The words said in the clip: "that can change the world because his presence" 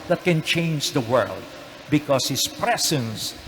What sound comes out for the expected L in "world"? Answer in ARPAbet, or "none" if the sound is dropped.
L